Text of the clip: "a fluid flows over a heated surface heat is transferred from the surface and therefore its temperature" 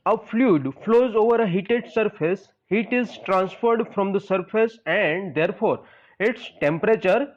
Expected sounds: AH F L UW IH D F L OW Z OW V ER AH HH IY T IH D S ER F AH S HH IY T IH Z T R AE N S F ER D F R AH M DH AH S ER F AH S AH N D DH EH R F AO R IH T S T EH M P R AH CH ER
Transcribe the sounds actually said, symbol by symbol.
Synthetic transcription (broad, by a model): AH F L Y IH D F L OW Z OW V ER AH HH IY T IH D S ER F AH S HH IY T IH Z T R AE N S F ER D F R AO M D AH S ER F AH S AH N D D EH R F AO R IH T S T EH M P R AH CH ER